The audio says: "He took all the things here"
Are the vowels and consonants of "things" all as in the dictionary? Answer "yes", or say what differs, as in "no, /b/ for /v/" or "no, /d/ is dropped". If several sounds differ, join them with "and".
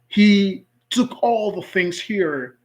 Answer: yes